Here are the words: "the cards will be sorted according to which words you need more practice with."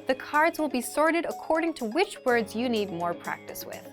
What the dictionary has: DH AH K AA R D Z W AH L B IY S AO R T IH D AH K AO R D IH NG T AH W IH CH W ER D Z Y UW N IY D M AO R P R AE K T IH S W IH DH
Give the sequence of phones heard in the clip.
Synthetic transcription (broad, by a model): DH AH K AA R D Z W AH L B IY S AO R T IH D AH K AO R D IH NG T AH W IH CH W ER D Z Y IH N IY D M AO R P R AE K T IH S W IH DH